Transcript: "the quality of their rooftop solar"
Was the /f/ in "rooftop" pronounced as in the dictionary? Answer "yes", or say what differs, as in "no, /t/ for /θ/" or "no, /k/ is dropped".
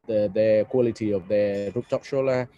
no, /p/ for /f/